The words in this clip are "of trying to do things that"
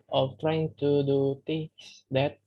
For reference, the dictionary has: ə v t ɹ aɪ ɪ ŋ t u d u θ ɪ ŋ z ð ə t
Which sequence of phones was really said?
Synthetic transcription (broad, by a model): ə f t ɹ aɪ ɪ ŋ t u d u t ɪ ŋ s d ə t